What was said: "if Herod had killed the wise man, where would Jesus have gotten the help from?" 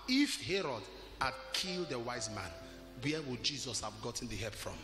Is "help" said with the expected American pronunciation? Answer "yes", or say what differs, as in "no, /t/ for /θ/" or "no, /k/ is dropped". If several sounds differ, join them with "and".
no, /l/ is dropped